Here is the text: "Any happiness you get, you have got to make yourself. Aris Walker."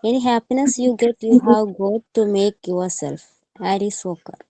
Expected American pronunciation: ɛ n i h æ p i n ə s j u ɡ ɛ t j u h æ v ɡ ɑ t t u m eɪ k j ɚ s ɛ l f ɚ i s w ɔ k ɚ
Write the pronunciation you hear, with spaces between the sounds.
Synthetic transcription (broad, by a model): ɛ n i h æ p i n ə s j u ɡ ɛ t j u h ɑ w ɡ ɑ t t u m eɪ k j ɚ s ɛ l f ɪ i s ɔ k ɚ